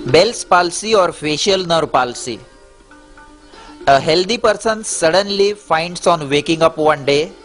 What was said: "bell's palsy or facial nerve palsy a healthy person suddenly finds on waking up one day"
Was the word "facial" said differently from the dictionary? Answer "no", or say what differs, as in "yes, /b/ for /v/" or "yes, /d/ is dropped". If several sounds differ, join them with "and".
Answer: no